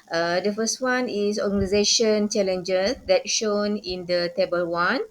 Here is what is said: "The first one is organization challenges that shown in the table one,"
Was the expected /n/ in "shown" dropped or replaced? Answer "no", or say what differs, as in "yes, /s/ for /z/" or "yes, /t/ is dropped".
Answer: no